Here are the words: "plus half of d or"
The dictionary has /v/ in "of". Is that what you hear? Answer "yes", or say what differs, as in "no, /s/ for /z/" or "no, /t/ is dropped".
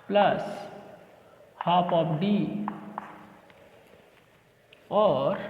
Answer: no, /p/ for /v/